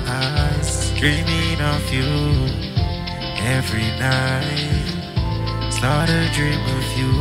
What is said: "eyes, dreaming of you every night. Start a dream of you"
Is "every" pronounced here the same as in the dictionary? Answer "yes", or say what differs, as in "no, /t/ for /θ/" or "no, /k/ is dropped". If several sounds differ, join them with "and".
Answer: yes